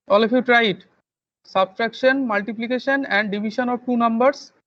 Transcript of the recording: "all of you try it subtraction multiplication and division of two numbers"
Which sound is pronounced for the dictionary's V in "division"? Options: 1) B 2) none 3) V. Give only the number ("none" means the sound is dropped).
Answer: 1